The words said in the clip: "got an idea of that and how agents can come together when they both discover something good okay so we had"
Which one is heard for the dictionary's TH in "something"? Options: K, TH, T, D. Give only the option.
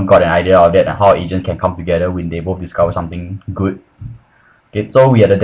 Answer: T